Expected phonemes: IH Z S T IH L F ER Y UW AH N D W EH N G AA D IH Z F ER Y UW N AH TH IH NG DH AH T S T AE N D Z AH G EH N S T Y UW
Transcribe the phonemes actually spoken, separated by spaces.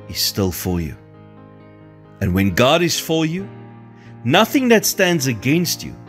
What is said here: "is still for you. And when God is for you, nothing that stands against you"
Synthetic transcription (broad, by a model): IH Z S T IH L F ER Y UW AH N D W EH N G AA D IH Z F ER Y UW N AH TH IH NG DH AH T S T AE N D Z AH G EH N S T Y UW